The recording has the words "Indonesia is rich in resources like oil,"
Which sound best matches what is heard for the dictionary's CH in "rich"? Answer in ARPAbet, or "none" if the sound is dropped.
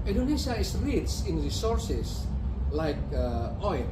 S